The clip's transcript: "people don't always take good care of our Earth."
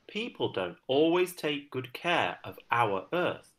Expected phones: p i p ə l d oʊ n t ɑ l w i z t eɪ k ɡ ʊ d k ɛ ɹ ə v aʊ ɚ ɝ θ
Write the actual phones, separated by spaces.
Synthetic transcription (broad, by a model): p i p ə l d oʊ n t ɑ l w i z t eɪ k ɡ ʊ d k ɛ ɹ ə v aʊ ɚ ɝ θ